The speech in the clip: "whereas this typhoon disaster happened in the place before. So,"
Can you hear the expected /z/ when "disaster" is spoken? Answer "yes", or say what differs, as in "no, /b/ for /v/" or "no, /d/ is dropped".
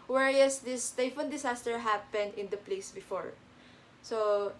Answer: no, /s/ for /z/